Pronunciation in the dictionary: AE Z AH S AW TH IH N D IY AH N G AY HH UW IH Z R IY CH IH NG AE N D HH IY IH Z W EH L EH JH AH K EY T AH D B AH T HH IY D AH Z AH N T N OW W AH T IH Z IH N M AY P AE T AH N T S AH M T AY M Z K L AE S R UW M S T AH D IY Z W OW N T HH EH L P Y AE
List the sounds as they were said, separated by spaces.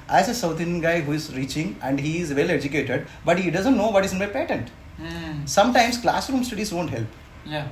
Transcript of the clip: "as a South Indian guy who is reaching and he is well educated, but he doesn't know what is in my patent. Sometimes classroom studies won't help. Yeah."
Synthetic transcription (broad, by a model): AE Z AH S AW T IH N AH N G AY HH UW IH Z R IY CH IH NG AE N D HH IY IH Z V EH L EH JH AH K EY T AH D B AH T HH IY D AH Z AH N T N OW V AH T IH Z IH N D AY P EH T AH N T S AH M T AY M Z K L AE S R UW M S T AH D IY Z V OW N T HH EH L P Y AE